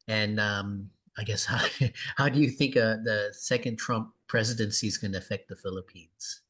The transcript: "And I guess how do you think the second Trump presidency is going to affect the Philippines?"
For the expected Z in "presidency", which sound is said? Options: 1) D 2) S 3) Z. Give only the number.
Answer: 3